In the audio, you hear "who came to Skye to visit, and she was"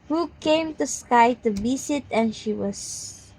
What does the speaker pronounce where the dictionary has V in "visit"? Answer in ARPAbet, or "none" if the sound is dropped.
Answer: B